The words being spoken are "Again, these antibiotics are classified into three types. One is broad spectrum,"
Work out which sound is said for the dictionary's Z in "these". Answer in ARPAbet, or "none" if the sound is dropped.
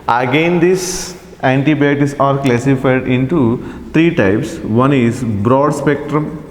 S